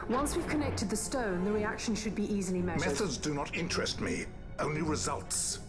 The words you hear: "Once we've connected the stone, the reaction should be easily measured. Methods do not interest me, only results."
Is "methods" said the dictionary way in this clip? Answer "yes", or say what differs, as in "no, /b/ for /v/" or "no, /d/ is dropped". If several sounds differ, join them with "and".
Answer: yes